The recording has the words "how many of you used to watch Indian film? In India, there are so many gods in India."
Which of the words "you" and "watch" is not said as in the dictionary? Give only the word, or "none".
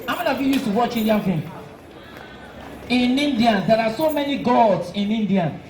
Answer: none